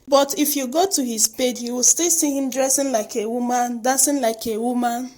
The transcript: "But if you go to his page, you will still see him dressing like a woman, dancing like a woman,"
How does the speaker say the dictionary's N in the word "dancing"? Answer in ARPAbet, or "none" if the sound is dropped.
none